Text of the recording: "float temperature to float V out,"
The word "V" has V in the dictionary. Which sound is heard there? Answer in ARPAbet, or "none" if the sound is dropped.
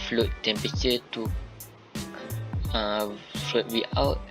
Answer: W